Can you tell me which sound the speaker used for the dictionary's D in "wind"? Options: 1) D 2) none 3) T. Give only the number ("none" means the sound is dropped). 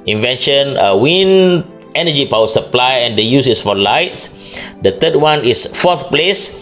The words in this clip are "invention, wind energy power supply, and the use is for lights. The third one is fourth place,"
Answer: 2